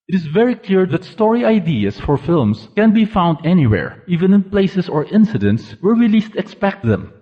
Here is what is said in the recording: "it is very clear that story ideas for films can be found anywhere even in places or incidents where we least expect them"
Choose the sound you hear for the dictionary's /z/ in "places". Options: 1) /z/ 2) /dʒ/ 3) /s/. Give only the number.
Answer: 3